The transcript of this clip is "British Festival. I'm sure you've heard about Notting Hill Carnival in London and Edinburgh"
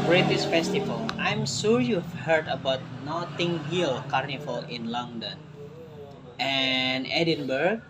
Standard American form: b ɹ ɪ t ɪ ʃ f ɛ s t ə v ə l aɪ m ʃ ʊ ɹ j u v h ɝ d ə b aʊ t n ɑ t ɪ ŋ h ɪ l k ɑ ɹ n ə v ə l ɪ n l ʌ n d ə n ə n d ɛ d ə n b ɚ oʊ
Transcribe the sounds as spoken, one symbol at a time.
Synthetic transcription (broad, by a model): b ɹ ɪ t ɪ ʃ f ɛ s t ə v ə l aɪ m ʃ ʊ ɹ j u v h ɝ d ə b aʊ t n ɑ t ɪ ŋ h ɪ l k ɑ ɹ n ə f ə l ɪ n l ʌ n d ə n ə n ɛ d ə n b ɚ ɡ